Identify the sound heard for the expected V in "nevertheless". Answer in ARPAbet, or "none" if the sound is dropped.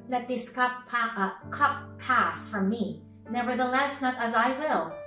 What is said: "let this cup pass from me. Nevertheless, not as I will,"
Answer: V